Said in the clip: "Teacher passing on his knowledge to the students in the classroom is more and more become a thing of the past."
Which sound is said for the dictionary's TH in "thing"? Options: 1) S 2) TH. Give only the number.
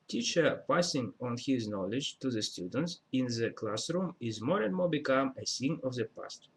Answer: 1